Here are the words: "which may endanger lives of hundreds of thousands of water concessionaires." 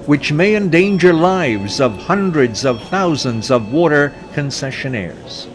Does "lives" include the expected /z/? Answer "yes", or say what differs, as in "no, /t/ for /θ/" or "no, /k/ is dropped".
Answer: yes